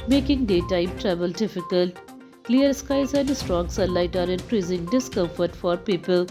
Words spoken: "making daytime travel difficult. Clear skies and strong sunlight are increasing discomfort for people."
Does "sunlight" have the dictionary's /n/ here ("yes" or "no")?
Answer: no